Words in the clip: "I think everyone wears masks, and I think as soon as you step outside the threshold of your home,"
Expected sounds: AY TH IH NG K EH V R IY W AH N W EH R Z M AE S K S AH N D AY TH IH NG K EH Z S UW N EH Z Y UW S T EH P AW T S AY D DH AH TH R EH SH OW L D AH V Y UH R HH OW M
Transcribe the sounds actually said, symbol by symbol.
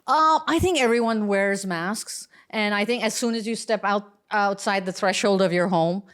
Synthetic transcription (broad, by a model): AY TH IH NG K EH V R IY W AH N W EH R Z M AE S K S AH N AY TH IH NG K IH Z S UW N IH Z Y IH S T EH P AW T S AY D DH AH TH R EH SH OW L D AH V Y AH R HH OW M